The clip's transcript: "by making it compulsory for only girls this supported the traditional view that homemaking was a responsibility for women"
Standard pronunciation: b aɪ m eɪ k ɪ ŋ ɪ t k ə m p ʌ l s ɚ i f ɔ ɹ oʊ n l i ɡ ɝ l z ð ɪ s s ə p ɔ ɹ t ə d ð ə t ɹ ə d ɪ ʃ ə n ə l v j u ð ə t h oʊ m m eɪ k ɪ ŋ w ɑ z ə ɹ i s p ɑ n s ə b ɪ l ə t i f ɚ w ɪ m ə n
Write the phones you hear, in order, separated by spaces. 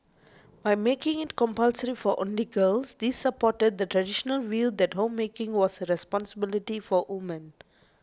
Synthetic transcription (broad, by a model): b aɪ m eɪ k ɪ ŋ ɪ t k ə m p ʌ l s ɚ i f ɔ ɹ oʊ n l i ɡ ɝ l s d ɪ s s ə p ɔ t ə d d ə t ɹ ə d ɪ ʃ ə n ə l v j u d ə t h oʊ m m eɪ k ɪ ŋ w ɑ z ə ɹ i s p ɑ n s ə b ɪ l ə t i f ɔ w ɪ m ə n